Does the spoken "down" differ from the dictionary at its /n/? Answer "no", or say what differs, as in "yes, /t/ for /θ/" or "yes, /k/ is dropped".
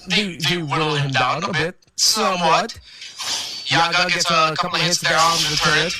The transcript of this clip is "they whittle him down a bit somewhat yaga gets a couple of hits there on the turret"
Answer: yes, /n/ is dropped